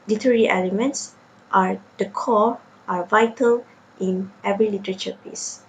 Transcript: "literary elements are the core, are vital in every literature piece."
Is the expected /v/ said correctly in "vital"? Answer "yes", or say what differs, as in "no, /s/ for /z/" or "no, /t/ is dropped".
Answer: yes